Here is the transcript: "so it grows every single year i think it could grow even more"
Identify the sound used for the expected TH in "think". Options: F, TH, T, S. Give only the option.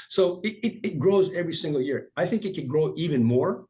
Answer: TH